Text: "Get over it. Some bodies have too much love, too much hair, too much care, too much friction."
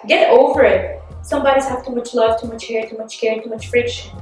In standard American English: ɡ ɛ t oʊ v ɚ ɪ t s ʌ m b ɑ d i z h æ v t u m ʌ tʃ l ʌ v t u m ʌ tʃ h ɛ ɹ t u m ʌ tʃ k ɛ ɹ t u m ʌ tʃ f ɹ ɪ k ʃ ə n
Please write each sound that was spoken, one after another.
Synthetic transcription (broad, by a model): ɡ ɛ t oʊ v ɚ ɪ t s ʌ m b ɑ d i z h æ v t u m ʌ tʃ l ʌ v t u m ʌ tʃ h ɛ ɹ t u m ʌ tʃ k ɛ ɹ t u m ʌ tʃ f ɹ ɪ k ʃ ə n